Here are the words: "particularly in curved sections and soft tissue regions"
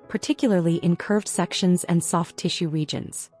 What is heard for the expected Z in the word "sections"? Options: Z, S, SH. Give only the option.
Z